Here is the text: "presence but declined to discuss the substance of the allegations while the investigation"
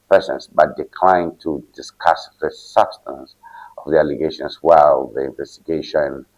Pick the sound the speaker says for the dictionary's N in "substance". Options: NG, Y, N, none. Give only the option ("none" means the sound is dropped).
N